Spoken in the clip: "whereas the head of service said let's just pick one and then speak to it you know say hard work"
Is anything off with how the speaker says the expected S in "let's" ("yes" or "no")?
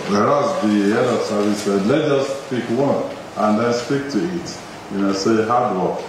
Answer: yes